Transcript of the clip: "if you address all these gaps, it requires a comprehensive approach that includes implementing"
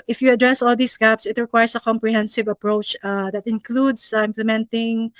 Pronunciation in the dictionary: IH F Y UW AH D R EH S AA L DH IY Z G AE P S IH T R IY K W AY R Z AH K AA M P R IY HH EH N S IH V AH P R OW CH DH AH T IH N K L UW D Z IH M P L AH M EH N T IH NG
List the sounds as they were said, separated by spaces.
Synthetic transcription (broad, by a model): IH F Y UW AH D R EH S AA L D IY S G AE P S IH T R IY K W AY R S AH K AA M P R IY HH EH N S IH V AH P R OW CH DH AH T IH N K L UW D S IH M P L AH M EH N T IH NG